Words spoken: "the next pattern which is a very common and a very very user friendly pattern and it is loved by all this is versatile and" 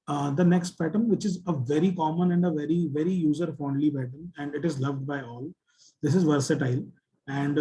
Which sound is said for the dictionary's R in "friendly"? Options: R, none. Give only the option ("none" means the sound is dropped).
none